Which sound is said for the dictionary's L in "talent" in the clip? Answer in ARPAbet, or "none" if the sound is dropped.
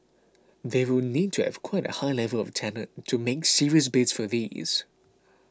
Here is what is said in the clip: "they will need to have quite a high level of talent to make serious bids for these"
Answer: N